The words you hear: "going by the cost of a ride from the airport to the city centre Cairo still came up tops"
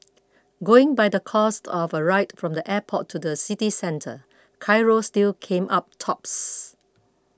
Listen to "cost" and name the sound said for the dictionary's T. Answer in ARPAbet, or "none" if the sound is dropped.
T